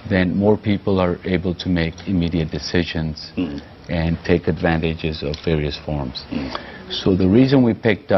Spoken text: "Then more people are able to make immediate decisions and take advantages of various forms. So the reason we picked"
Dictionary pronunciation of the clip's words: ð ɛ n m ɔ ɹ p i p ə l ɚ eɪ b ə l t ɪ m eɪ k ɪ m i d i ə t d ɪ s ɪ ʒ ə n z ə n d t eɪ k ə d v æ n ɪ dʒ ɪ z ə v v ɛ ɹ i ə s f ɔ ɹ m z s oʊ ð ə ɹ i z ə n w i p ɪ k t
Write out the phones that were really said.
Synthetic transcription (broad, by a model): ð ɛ n m ɔ ɹ p i p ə l ɚ eɪ b ə l t ɪ m eɪ k ɪ m i d i ə t d ɪ s ɪ ʒ ə n z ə n t eɪ k ə d v æ n ɪ dʒ ɪ z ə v v ɛ ɹ i ə s f ɔ ɹ m z s oʊ ð ə ɹ i z ə n w i p ɪ k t